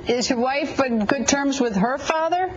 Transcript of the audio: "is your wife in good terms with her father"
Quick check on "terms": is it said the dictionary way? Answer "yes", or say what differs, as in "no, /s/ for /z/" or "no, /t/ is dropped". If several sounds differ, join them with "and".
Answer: yes